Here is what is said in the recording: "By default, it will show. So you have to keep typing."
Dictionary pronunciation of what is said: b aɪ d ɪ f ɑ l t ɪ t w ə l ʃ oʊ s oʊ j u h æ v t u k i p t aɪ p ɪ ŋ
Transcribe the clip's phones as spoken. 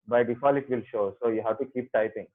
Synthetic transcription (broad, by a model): b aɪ d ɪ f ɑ l ɪ t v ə l ʃ oʊ s oʊ j u h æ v t u k i p t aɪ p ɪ ŋ